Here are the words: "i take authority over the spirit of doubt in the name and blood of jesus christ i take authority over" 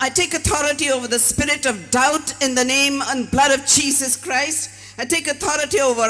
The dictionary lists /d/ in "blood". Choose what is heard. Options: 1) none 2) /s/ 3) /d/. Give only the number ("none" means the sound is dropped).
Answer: 3